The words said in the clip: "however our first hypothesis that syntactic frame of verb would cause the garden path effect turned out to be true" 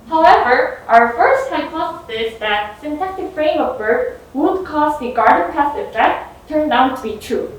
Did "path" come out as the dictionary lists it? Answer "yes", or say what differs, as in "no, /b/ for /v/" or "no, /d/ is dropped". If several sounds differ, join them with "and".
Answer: no, /s/ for /θ/